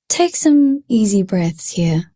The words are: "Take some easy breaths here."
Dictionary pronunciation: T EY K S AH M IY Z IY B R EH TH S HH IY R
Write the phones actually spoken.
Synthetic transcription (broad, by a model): T EY K S AH M IY Z IY B R EH TH S HH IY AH